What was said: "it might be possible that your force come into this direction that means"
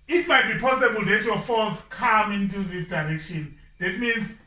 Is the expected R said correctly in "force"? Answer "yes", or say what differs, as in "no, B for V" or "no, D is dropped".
no, L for R